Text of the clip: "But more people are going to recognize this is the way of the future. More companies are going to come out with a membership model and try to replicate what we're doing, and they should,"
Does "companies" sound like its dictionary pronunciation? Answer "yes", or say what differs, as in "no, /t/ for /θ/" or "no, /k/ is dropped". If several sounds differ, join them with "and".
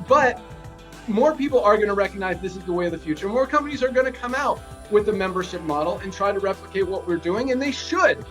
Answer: yes